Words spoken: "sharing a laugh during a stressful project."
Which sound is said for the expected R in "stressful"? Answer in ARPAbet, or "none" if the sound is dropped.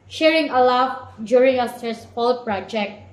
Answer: none